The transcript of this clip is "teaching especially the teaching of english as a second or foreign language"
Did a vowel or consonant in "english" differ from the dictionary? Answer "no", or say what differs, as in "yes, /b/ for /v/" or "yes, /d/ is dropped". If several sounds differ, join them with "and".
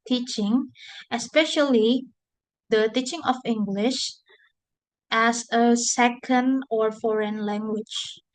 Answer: no